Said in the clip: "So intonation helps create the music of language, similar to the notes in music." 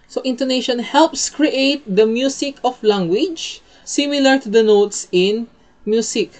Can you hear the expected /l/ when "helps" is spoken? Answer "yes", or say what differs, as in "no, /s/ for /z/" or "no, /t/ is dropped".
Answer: yes